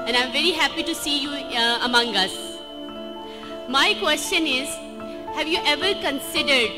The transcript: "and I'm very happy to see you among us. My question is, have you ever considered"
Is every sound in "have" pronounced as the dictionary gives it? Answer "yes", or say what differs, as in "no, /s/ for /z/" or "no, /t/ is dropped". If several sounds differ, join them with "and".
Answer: yes